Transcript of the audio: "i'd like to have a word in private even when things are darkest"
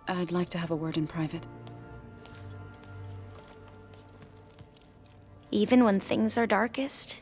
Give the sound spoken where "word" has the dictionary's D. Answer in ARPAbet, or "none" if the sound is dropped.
D